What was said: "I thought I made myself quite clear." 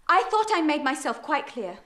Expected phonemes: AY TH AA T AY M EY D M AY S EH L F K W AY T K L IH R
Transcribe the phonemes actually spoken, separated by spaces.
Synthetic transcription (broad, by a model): AY TH AA T AY M EY D M AY S EH L F K W AY T K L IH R